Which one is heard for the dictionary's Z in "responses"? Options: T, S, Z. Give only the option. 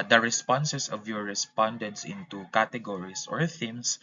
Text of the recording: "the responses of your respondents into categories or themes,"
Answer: S